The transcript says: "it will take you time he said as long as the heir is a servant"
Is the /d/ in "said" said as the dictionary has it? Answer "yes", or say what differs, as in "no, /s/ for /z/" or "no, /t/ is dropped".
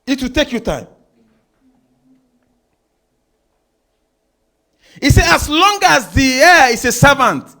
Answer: no, /d/ is dropped